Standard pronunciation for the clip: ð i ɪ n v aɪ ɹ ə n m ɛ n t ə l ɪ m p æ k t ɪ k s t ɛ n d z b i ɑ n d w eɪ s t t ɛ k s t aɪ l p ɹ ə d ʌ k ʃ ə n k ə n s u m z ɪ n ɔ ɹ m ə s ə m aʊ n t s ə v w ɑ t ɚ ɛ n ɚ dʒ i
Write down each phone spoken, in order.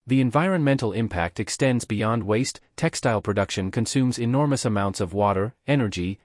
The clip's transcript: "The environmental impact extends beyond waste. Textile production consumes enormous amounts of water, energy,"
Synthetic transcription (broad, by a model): ð i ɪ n v aɪ ɹ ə n m ɛ n t l ɪ m p æ k t ɪ k s t ɛ n d z b i ɑ n d w eɪ s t t ɛ k s t aɪ l p ɹ ə d ʌ k ʃ ə n k ə n s u m z ɪ n ɔ ɹ m ə s ə m aʊ n t s ə v w ɑ t ɚ ɛ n ɚ dʒ i